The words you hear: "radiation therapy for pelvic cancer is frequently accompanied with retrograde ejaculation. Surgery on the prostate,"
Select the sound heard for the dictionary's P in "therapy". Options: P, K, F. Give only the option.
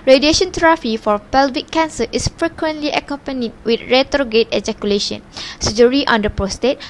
F